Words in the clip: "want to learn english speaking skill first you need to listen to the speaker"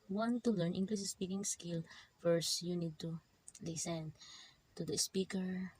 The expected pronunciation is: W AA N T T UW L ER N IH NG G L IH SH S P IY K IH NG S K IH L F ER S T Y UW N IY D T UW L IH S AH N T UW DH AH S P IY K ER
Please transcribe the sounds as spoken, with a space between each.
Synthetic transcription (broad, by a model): W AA N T T UW L ER N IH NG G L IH S S P IY K IH NG S K IH L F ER S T Y UW N IY D T UW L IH S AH N T UW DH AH S P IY K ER